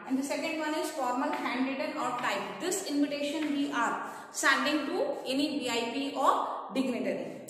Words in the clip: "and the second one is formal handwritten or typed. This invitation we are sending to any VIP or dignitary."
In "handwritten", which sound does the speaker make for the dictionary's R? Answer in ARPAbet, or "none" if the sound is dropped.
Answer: none